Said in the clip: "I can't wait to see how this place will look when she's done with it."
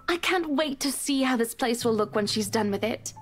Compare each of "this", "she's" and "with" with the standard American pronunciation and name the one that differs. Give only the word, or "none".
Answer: none